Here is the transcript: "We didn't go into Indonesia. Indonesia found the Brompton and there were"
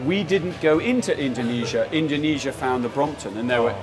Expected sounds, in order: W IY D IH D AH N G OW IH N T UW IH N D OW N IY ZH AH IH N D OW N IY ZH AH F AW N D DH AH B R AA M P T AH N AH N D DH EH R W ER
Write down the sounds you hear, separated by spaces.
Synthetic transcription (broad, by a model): W IY D IH D N G OW IH N T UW IH N D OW N IY ZH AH IH N D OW N IY ZH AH F AW N DH AH B R AA M P T AH N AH N DH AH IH W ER